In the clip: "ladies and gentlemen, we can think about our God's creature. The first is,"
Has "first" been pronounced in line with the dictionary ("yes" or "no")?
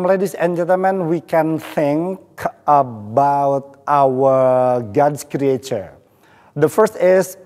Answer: yes